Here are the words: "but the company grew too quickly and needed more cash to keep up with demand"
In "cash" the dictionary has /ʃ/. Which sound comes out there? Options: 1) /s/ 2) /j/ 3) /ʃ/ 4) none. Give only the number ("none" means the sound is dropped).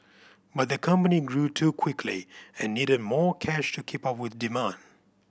3